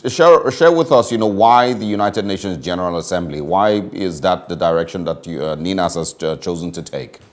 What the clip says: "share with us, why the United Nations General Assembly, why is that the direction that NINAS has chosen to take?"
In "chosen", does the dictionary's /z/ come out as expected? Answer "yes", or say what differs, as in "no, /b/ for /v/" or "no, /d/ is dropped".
yes